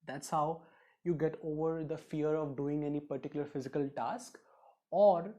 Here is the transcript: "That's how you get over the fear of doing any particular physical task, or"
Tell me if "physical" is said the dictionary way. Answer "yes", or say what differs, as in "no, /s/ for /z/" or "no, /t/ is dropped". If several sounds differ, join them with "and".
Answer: yes